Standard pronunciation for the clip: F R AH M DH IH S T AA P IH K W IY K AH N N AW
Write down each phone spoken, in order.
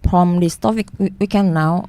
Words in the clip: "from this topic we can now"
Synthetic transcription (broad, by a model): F R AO M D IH S T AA F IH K W IY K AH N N AW